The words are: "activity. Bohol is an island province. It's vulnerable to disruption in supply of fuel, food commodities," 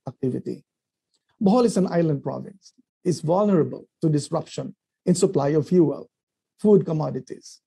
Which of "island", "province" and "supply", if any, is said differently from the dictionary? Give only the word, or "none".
none